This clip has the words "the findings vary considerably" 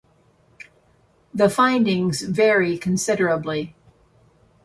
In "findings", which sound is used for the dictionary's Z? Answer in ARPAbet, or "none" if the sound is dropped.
Z